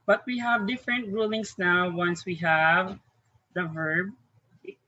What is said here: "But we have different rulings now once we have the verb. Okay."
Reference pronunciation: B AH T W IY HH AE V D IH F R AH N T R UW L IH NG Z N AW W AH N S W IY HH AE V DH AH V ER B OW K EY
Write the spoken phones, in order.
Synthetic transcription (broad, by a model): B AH T W IY HH AE V D IH F R AH N T R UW L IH NG S N AW W AH N S W IY HH AE V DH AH V ER B